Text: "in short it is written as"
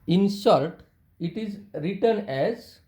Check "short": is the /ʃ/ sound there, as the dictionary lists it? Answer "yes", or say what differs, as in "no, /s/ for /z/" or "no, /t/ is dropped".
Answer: no, /s/ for /ʃ/